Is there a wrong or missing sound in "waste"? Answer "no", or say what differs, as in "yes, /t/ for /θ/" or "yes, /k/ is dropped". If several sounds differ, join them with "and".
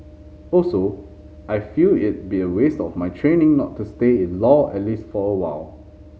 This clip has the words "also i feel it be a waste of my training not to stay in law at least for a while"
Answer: no